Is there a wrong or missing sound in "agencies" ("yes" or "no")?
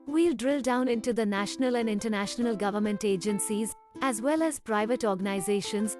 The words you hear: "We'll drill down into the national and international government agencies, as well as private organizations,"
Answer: no